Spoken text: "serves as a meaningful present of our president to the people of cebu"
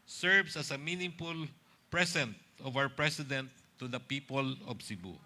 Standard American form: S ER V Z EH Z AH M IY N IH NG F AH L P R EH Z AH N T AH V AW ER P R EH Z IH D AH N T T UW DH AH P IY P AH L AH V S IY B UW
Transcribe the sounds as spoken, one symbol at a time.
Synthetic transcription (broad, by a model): S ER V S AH S AH M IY N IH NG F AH L P R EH S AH N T AH V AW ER P R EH S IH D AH N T T UW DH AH P IY P AH L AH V S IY B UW